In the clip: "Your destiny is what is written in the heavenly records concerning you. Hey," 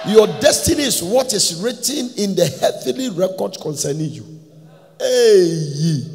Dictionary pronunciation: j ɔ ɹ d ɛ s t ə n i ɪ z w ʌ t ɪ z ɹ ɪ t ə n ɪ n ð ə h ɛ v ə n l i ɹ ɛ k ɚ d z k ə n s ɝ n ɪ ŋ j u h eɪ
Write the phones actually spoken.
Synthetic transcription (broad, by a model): j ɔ d ɛ s t ə n i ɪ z w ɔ t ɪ s ɹ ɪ t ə n ɪ n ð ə h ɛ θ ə l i ɹ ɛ k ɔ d s k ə n s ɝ n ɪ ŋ j u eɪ